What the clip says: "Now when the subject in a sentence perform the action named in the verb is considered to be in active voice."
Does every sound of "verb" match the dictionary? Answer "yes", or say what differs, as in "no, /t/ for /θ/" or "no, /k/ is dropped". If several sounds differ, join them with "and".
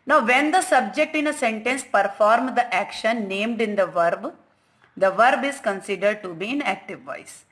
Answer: yes